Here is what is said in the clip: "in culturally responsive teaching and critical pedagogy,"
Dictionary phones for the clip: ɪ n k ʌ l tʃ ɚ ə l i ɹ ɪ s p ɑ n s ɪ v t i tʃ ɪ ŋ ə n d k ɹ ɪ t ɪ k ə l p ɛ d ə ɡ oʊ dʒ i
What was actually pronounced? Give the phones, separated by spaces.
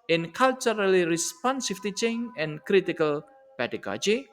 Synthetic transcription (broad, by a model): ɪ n k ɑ l tʃ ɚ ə l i ɹ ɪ s p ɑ n s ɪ f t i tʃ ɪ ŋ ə n k ɹ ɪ t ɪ k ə l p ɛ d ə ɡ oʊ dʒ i